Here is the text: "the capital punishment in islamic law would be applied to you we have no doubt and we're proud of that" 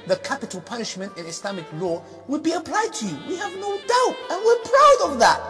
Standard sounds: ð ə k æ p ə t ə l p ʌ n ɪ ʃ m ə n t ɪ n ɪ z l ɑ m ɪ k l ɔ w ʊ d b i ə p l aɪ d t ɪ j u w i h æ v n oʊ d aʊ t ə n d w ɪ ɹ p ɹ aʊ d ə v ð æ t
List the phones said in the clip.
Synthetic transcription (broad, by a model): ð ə k æ p ə t ə l p ʌ n ɪ ʃ m ə n t ɪ n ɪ s l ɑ m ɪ k l ɔ w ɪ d b i ə p l aɪ d t ɪ j u w i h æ v n oʊ d aʊ t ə n w ɪ ɹ p ɹ aʊ d ə v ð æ t